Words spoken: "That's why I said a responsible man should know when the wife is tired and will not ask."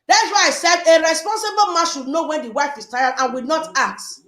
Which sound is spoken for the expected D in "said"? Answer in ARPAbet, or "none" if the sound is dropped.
D